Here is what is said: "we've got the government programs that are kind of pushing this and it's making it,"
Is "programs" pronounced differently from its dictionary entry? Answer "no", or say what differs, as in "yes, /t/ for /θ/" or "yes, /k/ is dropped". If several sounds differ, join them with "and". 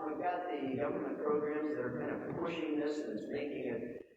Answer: no